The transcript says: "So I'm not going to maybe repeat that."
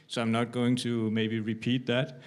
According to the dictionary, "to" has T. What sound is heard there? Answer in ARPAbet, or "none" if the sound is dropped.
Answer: T